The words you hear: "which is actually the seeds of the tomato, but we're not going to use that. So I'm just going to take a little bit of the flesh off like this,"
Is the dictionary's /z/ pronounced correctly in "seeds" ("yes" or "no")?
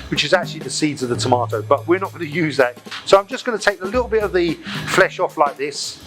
yes